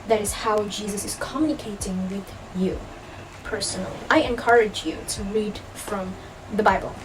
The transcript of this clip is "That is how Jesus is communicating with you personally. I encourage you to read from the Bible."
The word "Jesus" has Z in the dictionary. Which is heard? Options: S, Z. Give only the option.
Z